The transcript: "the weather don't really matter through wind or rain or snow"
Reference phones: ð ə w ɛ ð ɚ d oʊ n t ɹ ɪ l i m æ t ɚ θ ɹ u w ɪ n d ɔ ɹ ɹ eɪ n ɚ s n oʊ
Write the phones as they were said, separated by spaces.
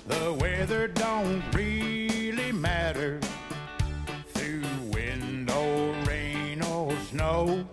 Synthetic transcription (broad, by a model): ð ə w ɛ ð ɚ d oʊ n t ɹ ɪ l i m æ t ɚ θ ɹ u w ɪ n d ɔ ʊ ɹ eɪ n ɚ s n oʊ